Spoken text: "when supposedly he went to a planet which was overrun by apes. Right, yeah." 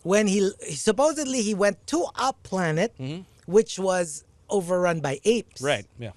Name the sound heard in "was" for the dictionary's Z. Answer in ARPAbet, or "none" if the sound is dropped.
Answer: Z